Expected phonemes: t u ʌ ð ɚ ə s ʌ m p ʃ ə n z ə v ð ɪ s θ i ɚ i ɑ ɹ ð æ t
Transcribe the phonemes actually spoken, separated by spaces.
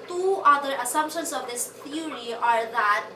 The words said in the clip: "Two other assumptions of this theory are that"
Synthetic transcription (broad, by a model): t u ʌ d ɚ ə s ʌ m p ʃ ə n s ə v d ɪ s t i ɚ i ɑ ɹ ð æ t